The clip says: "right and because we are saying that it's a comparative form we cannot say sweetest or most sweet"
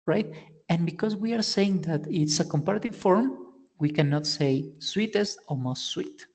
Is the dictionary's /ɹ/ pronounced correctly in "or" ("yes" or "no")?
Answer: no